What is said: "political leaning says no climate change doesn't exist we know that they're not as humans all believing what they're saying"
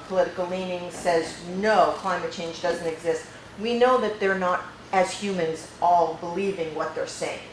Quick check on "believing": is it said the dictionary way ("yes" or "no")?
yes